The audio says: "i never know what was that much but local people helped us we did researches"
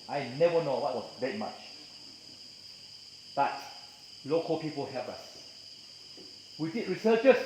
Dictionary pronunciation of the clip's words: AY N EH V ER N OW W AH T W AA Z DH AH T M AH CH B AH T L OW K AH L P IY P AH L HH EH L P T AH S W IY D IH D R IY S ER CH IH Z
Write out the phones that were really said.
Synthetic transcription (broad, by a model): AY N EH V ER N OW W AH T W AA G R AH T M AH CH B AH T L OW K AH L P IY P AH L HH EH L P AH S W IY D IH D R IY S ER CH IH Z